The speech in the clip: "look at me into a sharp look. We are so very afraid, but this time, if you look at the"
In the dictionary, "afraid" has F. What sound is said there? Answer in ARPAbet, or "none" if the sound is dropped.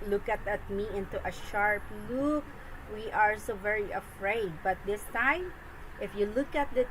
F